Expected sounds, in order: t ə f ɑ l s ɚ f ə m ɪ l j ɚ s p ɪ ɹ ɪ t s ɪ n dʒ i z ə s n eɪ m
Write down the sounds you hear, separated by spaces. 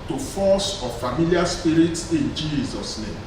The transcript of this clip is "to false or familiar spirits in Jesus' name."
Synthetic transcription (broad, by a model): t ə f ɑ s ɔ f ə m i l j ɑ s p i ɹ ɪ t s ɪ n dʒ i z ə s n eɪ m